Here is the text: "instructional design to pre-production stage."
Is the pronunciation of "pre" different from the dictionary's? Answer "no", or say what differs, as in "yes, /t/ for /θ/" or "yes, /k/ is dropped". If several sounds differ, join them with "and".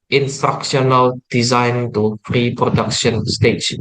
yes, /f/ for /p/